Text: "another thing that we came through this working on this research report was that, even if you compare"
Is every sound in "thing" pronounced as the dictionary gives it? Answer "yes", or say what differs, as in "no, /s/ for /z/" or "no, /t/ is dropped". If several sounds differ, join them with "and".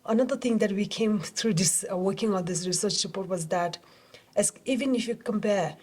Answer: no, /t/ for /θ/